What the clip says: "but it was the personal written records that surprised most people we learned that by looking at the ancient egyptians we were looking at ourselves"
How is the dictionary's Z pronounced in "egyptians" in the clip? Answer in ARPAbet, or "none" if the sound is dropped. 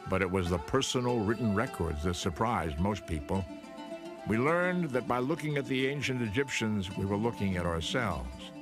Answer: Z